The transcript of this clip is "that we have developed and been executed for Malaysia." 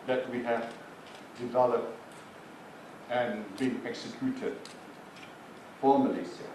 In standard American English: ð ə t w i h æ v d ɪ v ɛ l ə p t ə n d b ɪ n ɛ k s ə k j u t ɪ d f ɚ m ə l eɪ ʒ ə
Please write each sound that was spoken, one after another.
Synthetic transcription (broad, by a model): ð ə t w i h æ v d ɪ v ɛ l ə p t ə n b ɪ n ɛ k s ə k j u t ɪ d f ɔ m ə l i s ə